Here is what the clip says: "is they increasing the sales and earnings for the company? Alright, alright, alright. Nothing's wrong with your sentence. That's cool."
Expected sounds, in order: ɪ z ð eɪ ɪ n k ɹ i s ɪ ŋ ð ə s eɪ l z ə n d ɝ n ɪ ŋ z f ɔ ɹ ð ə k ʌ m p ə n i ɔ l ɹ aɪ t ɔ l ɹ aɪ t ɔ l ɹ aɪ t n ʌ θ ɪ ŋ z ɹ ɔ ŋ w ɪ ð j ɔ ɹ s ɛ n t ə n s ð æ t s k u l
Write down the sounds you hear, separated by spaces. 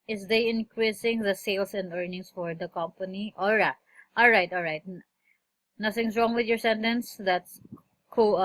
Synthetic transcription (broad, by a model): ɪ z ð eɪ ɪ n k ɹ i s ɪ ŋ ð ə s eɪ l s ə n d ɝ n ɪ ŋ s f ɔ ɹ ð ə k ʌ m p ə n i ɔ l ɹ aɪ t ɔ l ɹ aɪ t ɔ l ɹ aɪ t n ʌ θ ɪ ŋ s ɹ ɔ ŋ w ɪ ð j ɔ ɹ s ɛ n t ə n s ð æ t s k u